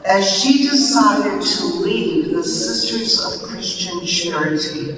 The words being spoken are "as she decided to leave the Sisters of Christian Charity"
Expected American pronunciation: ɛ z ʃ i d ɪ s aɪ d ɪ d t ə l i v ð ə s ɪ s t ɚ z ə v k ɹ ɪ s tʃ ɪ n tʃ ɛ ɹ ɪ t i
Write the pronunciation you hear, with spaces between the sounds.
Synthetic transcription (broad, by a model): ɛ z ʃ i d ɪ s aɪ d ɪ d t ə l i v ð ə s ɪ s t ɚ z ə v k ɹ ɪ s tʃ ɪ n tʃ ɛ ɹ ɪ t i